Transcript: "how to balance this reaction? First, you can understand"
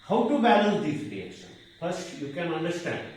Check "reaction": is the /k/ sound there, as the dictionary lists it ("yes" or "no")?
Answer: no